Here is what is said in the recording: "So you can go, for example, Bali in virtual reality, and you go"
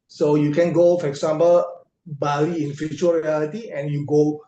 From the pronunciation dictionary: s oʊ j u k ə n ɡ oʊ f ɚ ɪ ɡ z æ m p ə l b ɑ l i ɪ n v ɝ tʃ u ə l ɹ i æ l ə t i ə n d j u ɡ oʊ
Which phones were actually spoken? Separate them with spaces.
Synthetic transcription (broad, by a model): s oʊ j u k ə n ɡ oʊ f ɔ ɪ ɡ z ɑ m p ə l b ɑ l i ɪ n f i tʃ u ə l ɹ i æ l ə t i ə n j u ɡ oʊ